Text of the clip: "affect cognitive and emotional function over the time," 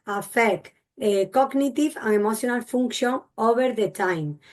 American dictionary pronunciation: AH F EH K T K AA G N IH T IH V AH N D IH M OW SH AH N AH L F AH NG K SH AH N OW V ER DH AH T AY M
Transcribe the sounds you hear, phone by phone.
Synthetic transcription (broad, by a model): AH F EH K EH K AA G N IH T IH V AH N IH M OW S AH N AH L F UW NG K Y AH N OW B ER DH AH T AY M